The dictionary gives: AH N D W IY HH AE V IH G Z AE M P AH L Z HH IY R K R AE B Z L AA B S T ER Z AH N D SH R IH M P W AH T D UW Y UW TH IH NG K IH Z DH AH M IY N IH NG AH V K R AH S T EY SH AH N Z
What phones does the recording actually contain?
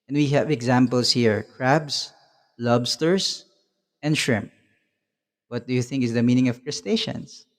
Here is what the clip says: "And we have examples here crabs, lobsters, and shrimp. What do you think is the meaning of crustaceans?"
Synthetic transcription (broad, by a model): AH N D W IY HH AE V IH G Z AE M P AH L S HH IY R K R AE B S L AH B S T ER S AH N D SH R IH M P W AH T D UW Y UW TH IH NG K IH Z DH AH M IY N IH NG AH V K R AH S T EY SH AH N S